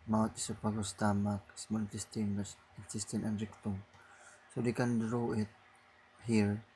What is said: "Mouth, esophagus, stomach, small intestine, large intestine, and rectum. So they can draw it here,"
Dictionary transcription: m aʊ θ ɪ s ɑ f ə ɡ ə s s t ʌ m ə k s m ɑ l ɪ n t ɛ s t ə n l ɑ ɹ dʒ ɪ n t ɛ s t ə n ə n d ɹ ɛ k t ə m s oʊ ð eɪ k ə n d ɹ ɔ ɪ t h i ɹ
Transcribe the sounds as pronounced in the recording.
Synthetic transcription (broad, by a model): m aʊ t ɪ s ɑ p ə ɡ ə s s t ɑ m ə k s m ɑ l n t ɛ s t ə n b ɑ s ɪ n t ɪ s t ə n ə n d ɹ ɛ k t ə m s oʊ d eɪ k ə n d ɹ ɔ ɪ t h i ɹ